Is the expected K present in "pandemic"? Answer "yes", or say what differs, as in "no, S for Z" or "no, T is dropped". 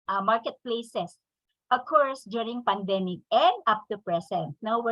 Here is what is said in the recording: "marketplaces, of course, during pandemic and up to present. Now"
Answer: yes